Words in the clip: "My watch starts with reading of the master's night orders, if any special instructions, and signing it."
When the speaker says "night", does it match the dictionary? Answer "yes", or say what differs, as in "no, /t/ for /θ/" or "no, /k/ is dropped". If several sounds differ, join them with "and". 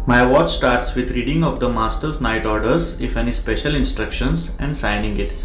yes